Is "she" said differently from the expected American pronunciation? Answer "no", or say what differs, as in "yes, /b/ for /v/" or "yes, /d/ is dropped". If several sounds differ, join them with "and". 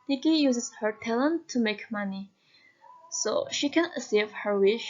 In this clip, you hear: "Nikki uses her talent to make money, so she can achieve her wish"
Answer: no